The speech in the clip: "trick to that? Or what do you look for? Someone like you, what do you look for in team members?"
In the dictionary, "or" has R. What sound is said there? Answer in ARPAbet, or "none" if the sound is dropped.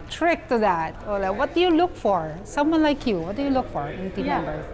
L